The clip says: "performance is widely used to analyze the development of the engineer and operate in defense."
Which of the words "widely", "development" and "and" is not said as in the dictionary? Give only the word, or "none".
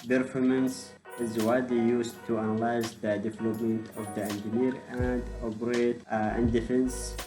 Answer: widely